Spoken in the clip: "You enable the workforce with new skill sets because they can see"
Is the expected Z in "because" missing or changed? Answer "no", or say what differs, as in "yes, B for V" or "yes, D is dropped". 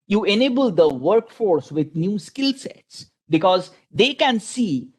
no